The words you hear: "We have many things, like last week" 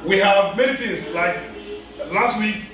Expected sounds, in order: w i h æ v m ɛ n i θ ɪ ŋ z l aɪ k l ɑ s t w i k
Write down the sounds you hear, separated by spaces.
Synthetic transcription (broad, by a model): w i h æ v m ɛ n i t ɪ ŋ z l aɪ k l ɑ s t w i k